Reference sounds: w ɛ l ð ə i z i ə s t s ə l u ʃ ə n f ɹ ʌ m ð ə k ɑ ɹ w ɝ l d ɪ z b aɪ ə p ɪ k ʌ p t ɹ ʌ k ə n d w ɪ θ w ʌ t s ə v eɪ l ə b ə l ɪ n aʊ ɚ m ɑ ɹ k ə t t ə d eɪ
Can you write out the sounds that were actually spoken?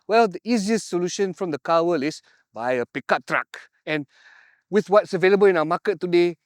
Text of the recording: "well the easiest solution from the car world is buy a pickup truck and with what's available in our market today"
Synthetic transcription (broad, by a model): w ɛ l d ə i z i ə s t s ə l u ʃ ə n f ɹ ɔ m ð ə k ɑ w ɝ l ɪ s b aɪ ə p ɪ k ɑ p t ɹ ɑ k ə n w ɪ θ w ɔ t s ə v eɪ l ə b ə l ɪ n aʊ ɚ m ɑ k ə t t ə d eɪ